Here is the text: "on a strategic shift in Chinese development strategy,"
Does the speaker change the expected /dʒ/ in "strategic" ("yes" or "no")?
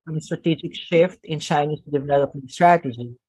no